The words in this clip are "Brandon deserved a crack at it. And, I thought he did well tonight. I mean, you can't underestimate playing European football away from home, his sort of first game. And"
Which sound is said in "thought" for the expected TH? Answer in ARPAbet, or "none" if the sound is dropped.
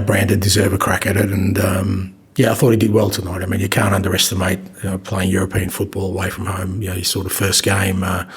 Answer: TH